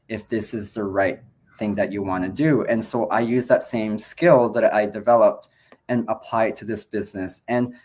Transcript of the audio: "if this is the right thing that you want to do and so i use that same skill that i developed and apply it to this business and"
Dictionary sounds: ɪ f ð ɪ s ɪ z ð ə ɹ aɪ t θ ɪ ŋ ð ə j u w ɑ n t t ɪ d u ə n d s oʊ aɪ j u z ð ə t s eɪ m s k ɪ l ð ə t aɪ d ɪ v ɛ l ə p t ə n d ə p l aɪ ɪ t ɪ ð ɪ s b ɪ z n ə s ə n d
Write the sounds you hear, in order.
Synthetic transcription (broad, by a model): ɪ f ð ɪ s ɪ z ð ə ɹ aɪ t θ ɪ ŋ ð ə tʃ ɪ w ɑ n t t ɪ d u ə n s oʊ aɪ j u z ð ə t s eɪ m s k ɪ l ð ə t aɪ d ɪ v ɛ l ə p t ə n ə p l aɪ ɪ t ɪ ð ɪ s b ɪ z n ə s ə n